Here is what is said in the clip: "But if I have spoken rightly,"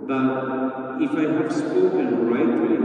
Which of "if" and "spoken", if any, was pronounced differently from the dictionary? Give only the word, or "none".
none